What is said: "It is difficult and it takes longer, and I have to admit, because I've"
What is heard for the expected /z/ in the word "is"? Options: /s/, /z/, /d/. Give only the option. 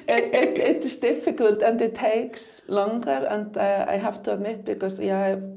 /s/